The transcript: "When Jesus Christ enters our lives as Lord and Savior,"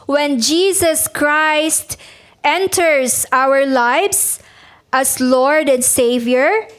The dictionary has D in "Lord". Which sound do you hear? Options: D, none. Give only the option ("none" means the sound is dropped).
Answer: D